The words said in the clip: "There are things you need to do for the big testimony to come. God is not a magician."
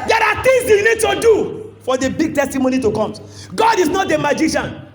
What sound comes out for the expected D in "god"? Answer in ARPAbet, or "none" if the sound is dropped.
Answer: D